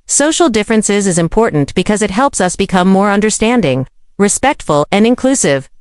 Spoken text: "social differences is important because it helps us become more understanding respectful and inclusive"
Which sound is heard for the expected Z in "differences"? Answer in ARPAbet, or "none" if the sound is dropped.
Z